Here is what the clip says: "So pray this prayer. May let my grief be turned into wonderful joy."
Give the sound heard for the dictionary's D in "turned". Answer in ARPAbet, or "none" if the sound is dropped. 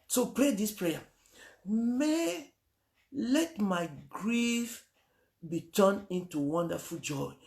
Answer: none